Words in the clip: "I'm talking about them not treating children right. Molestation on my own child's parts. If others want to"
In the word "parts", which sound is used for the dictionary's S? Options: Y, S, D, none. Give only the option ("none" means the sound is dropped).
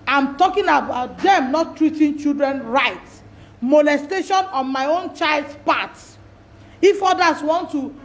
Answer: none